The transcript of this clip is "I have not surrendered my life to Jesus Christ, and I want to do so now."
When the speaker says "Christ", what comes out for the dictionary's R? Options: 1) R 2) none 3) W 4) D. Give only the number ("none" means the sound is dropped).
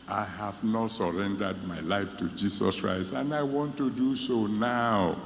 1